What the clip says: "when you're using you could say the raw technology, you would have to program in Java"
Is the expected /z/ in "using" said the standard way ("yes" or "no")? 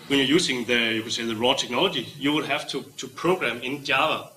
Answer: no